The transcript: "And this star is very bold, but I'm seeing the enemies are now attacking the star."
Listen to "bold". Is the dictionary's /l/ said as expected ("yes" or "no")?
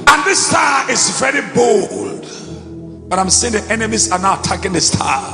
yes